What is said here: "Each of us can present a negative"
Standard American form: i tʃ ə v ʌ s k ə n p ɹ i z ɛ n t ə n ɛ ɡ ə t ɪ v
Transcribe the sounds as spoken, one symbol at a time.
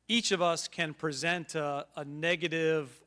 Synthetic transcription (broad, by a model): i tʃ ə v ʌ s k ə n p ɹ i z ɛ n t ə n ɛ ɡ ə t ɪ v